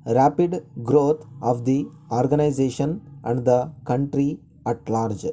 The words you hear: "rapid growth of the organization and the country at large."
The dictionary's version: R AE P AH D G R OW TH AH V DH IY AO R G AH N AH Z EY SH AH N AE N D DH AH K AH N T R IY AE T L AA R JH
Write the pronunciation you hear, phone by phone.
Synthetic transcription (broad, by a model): R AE P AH D G R OW T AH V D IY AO R G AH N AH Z EY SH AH N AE N D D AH K AH N T R IY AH T L AA R JH